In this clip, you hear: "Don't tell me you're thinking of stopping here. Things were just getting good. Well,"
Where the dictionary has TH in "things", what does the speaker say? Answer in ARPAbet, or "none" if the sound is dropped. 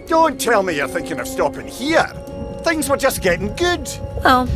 TH